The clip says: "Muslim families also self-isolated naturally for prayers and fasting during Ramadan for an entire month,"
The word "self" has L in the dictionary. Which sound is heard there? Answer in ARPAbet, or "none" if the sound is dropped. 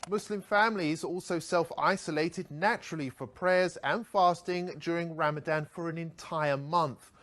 L